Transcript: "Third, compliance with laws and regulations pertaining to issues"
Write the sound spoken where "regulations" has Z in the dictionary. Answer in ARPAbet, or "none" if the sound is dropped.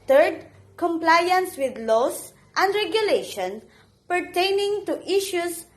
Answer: none